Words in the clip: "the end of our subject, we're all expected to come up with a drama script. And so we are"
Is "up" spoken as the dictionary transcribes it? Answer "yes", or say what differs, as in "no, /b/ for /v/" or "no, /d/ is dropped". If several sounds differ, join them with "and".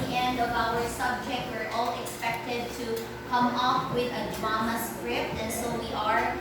no, /f/ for /p/